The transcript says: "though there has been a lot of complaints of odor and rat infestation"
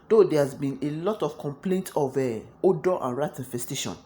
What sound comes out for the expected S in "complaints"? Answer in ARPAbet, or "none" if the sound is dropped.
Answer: none